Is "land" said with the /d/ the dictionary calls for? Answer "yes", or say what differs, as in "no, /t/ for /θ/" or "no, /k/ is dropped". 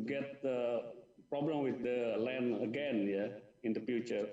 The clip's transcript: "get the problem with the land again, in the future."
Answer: no, /d/ is dropped